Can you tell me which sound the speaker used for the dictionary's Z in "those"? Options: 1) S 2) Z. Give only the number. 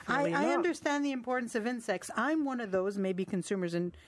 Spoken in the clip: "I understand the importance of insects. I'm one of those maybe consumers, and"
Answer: 2